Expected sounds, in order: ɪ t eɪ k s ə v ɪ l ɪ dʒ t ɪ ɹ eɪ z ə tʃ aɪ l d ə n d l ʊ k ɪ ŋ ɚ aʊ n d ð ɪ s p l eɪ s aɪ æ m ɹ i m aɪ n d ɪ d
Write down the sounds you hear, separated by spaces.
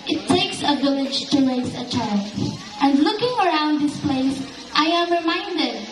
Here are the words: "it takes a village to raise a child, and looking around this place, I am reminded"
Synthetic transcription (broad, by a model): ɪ t eɪ k s ə v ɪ l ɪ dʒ t ɪ l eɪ s ə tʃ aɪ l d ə n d l ʊ k ɪ ŋ ɚ aʊ n d ð ɪ s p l eɪ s aɪ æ m ɹ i m aɪ n d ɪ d